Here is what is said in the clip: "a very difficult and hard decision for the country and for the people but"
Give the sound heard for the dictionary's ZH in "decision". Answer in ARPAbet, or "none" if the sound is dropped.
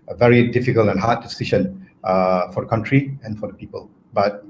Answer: SH